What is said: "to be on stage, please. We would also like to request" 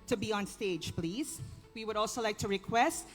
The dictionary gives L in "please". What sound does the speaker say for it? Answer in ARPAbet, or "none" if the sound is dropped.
L